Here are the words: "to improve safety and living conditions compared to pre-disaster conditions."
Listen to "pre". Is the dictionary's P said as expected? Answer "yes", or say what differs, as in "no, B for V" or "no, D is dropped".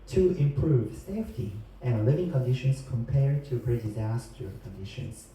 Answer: no, B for P